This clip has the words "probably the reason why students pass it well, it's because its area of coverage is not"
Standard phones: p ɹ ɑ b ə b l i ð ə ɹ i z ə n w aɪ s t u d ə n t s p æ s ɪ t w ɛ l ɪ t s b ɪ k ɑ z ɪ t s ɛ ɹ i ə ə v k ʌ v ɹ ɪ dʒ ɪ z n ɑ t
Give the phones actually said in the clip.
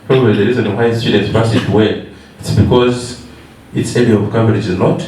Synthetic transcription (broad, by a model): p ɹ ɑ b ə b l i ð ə ɹ i z ə n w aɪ s t u d ə n t s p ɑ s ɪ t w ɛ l ɪ t s b ɪ k ɑ z ɪ t s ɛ l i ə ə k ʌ b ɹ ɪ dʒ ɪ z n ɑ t